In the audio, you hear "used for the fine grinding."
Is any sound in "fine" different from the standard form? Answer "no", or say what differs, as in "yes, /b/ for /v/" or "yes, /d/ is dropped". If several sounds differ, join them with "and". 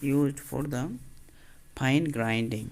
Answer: yes, /p/ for /f/